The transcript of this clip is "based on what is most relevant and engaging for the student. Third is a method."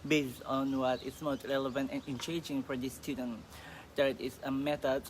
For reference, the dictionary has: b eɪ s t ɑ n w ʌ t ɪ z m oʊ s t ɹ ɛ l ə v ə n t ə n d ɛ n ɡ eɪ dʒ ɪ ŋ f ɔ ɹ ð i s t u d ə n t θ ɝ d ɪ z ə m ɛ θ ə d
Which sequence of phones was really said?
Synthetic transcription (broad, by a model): b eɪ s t ɑ n w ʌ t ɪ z m oʊ s t ɹ ɛ l ə v ə n t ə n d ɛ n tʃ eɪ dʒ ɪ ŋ f ɔ ɹ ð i s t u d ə n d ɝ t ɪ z ə m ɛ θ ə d